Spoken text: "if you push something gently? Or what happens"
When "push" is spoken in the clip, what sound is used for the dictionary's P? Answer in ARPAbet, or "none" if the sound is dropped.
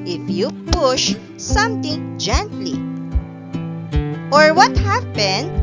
P